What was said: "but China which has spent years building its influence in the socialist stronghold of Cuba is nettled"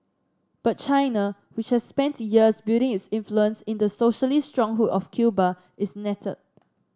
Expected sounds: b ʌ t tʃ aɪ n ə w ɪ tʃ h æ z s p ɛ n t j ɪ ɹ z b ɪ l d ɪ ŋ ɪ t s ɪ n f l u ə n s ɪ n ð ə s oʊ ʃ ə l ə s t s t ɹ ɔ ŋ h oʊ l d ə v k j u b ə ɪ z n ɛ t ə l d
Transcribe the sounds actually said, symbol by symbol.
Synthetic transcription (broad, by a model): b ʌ t tʃ aɪ n ə w ɪ tʃ h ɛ s p ɛ n t j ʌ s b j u d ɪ ŋ ɪ t s ɪ n f l u ə n s ɪ n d ə s oʊ ʃ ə l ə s s t ɹ ɔ ŋ h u d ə f k j u b ə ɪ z n ɛ t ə d